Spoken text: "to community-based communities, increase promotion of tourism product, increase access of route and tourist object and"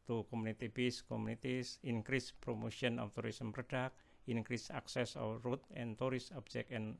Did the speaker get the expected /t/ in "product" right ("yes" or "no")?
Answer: no